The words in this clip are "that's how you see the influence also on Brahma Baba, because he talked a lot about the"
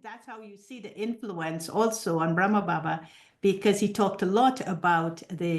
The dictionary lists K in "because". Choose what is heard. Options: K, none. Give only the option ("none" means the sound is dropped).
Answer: K